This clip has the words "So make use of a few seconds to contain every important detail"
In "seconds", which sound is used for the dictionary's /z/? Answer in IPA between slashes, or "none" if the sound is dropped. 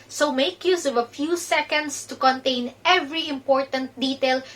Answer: /s/